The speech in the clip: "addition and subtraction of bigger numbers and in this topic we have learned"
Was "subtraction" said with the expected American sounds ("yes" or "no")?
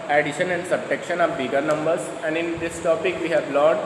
no